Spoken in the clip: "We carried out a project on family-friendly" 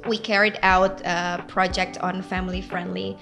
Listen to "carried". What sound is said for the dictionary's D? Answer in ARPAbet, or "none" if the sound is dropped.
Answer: D